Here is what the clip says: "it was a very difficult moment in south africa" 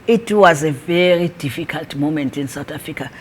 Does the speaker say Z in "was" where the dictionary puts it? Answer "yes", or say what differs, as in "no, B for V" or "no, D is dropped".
yes